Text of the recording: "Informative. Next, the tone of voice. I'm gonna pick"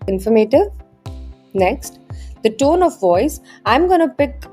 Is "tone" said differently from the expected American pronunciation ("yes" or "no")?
no